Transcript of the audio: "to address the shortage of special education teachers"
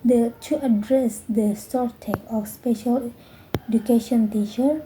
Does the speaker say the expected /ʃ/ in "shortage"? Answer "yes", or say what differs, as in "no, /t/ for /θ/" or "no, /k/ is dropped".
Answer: no, /s/ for /ʃ/